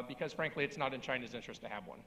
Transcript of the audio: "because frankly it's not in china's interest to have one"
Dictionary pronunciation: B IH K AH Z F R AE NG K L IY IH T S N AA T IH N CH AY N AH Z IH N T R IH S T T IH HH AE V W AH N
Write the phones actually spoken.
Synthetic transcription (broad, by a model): B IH K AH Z F R AE NG K L IY IH T S N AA T IH N CH AY N AH Z IH N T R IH S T T IH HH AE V W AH N